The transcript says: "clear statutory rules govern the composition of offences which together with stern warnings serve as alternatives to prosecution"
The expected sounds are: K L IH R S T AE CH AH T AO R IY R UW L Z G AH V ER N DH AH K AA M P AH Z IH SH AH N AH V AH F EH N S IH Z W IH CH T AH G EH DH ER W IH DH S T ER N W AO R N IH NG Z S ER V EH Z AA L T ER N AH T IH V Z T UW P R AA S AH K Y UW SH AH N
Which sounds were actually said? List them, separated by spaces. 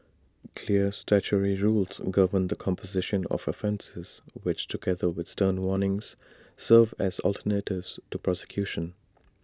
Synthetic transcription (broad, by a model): K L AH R S T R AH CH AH R IY R UW L Z G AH V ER N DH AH K AA M P AH Z IH SH AH N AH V AH F EH N S IH Z W IH CH T AH G EH DH ER W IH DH S T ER N W AO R N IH NG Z S ER V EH Z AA L T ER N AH T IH V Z T UW P R AA S AH K Y UW SH AH N